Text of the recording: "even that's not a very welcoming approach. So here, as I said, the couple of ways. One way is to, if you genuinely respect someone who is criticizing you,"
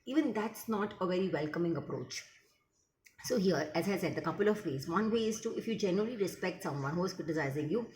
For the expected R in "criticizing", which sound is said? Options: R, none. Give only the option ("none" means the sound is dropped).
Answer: none